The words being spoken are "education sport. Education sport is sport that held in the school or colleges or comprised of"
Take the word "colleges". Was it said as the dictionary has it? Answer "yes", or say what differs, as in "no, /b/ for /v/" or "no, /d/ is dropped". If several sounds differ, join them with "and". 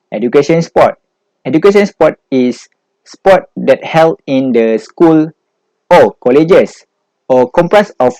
no, /s/ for /z/